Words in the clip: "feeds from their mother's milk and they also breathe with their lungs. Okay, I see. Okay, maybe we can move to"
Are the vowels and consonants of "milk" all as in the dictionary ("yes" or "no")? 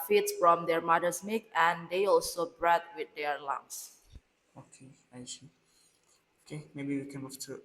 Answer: no